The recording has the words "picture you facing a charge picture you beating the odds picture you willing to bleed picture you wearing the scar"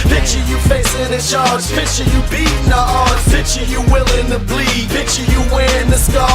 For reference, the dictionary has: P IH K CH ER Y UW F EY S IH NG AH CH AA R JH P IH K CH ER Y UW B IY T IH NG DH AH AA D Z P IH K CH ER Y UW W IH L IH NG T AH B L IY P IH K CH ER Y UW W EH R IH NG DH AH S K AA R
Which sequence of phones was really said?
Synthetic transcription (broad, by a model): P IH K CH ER Y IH F EY S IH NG AH SH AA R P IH CH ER Y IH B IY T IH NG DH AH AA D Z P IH CH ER Y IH W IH L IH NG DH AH B L IY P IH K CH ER Y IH W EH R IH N DH AH S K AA